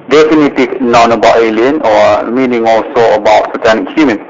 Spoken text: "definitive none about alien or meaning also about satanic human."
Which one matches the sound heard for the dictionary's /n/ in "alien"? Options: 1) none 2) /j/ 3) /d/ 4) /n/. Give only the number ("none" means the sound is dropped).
4